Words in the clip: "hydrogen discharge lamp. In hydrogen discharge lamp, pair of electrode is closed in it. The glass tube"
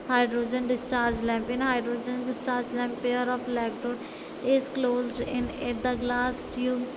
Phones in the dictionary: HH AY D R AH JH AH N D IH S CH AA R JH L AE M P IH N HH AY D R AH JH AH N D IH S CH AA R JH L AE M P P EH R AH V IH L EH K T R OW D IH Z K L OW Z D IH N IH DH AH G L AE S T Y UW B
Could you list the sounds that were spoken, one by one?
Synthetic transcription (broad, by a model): HH AY D R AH JH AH N D IH S CH AA R JH L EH M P IH N HH AY D R AH JH AH N D IH S CH AA R JH L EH M P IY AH R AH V L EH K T OW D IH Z K L OW Z D IH N IH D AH G L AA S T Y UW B